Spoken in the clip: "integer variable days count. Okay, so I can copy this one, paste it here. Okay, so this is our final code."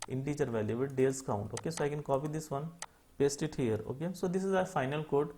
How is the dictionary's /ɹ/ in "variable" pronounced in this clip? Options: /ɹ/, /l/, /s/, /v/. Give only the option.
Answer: /l/